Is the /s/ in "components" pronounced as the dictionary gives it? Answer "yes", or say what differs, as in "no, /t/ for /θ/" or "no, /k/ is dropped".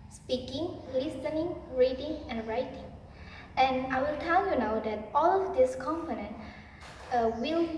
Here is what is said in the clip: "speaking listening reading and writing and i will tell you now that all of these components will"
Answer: no, /s/ is dropped